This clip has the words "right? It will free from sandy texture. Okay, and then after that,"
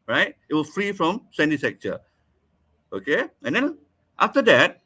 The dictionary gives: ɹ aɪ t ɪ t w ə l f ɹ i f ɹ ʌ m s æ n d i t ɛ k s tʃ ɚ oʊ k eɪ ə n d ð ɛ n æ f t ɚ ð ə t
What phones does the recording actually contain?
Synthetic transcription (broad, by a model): ɹ aɪ t ɪ t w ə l f ɹ i f ɹ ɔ m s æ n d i s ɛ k tʃ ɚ oʊ k eɪ ə n d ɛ n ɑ f t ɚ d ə t